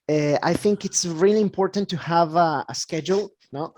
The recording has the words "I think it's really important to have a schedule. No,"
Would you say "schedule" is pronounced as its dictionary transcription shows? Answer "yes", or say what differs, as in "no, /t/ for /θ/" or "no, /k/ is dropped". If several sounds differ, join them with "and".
yes